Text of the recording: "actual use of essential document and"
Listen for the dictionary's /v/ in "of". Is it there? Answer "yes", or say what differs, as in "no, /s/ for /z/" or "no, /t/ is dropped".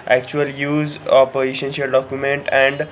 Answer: no, /p/ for /v/